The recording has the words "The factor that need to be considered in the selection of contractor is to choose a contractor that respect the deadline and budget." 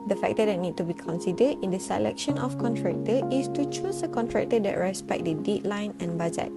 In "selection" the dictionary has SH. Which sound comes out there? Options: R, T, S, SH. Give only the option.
SH